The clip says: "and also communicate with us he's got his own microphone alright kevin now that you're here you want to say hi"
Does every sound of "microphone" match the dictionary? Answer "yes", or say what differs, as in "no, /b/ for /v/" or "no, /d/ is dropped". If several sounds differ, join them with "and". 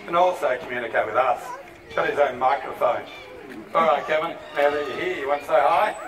yes